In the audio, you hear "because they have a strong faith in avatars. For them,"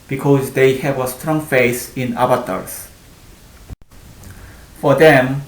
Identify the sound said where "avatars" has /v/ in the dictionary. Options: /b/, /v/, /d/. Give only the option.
/b/